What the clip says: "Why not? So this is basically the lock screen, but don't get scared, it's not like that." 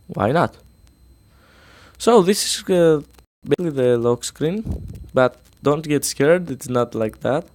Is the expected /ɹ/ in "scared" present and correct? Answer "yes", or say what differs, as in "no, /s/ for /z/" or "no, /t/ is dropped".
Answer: yes